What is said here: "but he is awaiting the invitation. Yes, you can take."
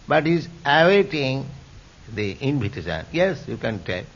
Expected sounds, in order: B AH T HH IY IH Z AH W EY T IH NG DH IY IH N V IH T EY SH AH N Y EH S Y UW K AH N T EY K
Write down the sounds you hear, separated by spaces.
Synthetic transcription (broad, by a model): B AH T HH IY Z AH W EY T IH NG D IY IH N P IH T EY S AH N Y EH S Y UW K AH N T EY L